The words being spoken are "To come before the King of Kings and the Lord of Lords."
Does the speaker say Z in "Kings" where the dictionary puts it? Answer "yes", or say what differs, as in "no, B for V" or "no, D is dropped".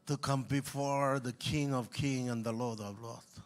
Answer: no, Z is dropped